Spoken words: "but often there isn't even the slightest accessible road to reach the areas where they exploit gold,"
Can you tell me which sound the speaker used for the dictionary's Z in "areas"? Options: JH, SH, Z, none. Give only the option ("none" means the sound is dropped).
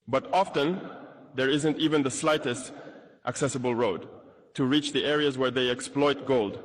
Z